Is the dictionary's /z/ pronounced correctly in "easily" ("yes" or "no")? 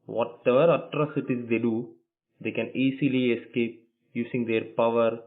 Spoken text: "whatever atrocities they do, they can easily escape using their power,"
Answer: no